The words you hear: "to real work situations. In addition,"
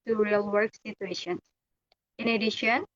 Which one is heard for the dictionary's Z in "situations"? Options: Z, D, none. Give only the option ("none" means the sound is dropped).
none